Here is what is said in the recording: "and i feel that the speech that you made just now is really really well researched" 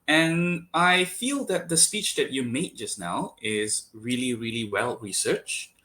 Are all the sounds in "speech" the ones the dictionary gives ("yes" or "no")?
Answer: yes